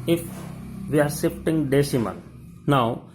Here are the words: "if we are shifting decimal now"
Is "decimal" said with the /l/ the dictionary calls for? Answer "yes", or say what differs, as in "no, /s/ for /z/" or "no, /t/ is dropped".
no, /n/ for /l/